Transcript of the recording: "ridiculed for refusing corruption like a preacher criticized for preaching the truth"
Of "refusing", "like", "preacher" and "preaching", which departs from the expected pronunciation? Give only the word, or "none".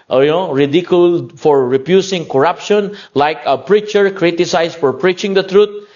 refusing